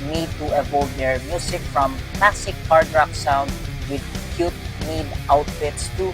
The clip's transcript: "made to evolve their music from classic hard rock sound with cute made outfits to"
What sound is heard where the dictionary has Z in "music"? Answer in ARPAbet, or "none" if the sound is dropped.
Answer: S